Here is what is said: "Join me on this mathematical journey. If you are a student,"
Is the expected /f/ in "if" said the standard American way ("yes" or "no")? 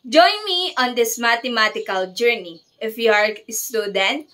yes